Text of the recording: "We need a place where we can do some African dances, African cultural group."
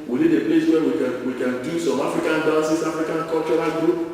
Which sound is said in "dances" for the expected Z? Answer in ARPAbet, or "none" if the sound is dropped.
S